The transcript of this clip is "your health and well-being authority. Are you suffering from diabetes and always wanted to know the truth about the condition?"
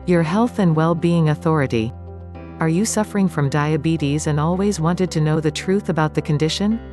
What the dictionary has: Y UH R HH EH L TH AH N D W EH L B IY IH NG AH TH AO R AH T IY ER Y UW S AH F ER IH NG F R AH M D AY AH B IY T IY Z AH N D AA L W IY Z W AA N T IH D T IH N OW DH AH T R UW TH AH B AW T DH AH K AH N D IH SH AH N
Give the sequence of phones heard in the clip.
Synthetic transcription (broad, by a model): Y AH R HH EH L TH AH N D W EH L B IY IH NG AH TH AO R AH T IY ER Y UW S AH F ER IH NG F R AH M D AY AH B IY T IY Z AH N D AA L W IY Z W AA N T IH D T IH N OW DH AH T R UW TH AH B AW T DH AH K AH N D IH SH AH N